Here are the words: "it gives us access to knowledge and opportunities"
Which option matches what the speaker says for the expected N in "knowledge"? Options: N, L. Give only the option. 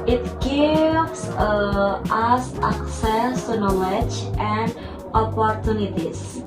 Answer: N